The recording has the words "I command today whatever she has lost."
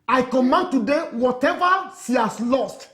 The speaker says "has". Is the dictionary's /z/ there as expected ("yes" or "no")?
no